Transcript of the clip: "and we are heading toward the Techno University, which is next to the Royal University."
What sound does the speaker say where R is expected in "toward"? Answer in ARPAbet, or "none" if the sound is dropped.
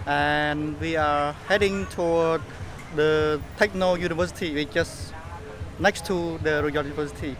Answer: W